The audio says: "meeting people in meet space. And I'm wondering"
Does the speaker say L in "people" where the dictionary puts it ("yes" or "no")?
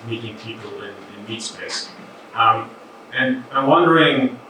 no